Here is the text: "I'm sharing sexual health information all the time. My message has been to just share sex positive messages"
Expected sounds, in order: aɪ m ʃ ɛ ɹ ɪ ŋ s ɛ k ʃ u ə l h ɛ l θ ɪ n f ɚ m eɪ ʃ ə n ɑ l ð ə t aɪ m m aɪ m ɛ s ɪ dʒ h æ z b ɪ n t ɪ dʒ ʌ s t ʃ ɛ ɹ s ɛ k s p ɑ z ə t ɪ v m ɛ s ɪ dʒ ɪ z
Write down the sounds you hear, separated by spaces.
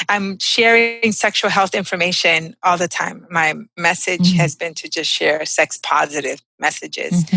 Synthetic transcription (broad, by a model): aɪ m ʃ ɛ ɹ ɪ ŋ s ɛ k ʃ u l h ɛ l θ ɪ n f ɚ m eɪ ʃ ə n ɑ l ð ə t aɪ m m aɪ m ɛ s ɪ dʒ h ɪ z b ɪ n t ɪ dʒ ʌ s t ʃ ɛ ɹ s ɛ k s p ɑ z ə t ɪ v m ɛ s ɪ dʒ ɪ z